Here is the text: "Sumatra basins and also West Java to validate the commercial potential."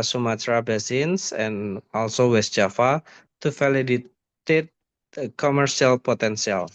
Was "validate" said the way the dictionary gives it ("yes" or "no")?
no